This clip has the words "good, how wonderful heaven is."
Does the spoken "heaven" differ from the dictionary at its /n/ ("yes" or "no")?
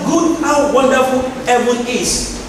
yes